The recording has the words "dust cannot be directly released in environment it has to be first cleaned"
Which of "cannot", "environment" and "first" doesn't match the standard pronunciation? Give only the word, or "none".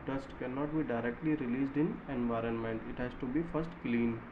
none